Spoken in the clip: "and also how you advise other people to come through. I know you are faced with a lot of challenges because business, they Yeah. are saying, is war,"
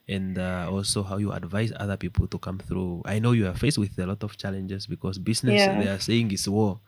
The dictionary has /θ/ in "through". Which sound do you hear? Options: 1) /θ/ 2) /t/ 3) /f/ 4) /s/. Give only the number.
1